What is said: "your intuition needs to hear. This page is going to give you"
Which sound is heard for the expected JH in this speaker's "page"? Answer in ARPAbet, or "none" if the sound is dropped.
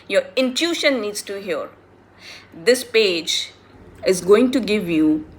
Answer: JH